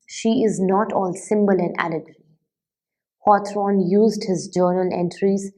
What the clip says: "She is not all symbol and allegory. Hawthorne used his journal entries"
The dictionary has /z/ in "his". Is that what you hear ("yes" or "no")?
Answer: yes